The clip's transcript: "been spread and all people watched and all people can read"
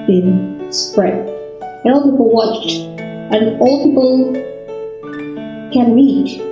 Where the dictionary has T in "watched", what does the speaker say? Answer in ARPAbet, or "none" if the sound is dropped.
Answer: T